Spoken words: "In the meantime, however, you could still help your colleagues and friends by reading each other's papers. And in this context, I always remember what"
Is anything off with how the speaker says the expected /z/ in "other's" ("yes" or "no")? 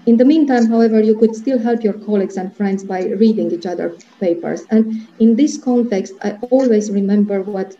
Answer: yes